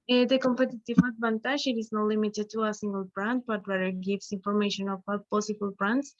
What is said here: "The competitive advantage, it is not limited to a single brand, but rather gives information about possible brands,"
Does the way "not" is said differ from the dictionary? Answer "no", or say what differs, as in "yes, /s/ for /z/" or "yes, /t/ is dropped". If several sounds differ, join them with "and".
no